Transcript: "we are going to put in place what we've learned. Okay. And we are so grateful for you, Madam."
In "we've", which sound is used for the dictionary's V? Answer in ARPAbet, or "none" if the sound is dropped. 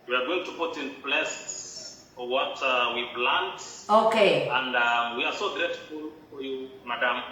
P